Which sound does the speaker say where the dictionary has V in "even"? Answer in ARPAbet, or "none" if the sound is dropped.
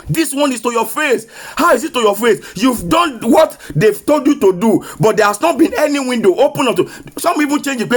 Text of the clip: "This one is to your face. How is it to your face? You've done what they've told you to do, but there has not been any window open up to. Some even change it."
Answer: P